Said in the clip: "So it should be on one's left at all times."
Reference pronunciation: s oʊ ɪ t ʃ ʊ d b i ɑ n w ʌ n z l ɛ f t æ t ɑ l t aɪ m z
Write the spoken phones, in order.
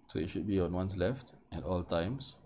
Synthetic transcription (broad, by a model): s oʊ ɪ t ʃ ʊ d b i ɑ n w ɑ n s l ɛ f t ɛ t ɑ l t aɪ m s